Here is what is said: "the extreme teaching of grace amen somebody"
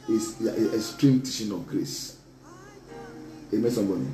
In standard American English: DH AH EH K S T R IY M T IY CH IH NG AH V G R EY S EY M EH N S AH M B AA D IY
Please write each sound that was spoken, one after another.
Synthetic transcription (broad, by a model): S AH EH S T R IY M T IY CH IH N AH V G R EY S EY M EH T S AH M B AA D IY